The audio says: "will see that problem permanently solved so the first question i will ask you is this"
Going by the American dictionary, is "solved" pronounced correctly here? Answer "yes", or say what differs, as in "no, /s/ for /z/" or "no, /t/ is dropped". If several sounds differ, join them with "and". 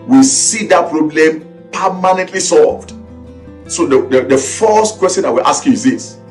yes